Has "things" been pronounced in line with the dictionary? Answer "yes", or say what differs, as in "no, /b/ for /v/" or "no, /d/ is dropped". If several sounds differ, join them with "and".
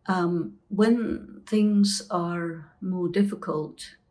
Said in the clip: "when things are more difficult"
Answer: yes